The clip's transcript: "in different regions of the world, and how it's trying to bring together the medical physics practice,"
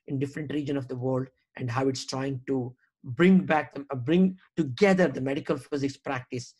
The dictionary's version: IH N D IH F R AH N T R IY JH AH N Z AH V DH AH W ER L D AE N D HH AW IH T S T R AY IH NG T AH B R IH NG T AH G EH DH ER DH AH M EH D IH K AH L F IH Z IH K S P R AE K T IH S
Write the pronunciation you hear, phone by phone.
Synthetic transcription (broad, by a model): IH N D IH F R AH N T R IY JH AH N AH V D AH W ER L D AE N D HH AW IH T S T R AY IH NG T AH B R IH NG T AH G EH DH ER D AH M EH D IH K AH L F IH Z IH K S P R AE K T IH S